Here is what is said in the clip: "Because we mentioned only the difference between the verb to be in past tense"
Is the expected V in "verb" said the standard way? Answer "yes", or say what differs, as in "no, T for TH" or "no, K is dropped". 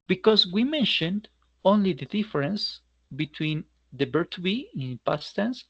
no, B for V